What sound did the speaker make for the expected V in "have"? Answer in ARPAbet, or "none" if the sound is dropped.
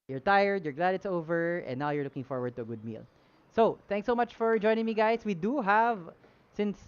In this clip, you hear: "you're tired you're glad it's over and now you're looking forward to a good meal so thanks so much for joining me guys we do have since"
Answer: V